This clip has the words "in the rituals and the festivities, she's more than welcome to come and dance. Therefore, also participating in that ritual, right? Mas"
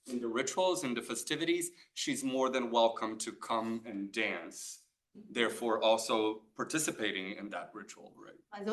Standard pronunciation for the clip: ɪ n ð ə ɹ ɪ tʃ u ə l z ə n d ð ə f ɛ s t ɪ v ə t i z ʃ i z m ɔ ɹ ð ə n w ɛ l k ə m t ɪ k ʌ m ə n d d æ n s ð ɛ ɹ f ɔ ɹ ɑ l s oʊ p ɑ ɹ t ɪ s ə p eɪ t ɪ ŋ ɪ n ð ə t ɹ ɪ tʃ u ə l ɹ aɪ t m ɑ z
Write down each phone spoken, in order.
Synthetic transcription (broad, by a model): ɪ n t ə ɹ ɪ tʃ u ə l z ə n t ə f ɛ s t ɪ v ə t i z ʃ i z m ɔ ɹ ð ə n w ɛ l k ə m t ɪ k ʌ m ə n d d æ n s ð ɛ ɹ f ɔ ɹ ɑ l s oʊ p ɑ ɹ t ɪ s ə p eɪ t ɪ ŋ ɪ n ð ə t ɹ ɪ tʃ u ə l ɹ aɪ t